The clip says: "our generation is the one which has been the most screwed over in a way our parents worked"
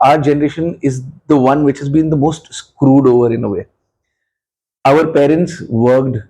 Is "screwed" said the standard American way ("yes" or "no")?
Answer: yes